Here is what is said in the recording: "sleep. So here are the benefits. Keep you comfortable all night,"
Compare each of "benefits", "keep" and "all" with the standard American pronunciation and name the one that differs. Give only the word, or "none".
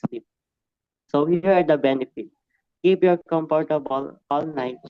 benefits